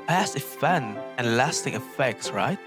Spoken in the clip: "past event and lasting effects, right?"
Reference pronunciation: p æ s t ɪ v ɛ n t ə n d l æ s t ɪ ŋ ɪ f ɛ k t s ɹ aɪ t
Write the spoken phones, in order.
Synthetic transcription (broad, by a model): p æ s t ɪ f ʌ n ə n l æ s t ɪ ŋ ɪ f ɛ k t s ɹ aɪ t